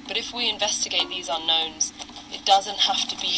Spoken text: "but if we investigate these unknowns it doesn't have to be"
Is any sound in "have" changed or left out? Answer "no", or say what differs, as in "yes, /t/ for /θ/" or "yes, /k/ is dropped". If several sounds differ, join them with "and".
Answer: yes, /f/ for /v/